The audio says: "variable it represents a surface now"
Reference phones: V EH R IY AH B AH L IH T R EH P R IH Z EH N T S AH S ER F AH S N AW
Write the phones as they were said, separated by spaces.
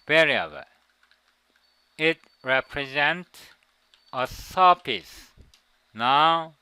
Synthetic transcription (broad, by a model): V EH R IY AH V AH IH T R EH P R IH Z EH N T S AH S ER P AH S N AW